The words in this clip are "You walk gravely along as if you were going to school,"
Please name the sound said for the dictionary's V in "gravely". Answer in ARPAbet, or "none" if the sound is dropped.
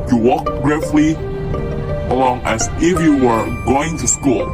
F